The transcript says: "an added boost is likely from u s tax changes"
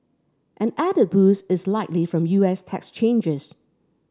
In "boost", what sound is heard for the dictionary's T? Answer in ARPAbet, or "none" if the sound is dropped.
none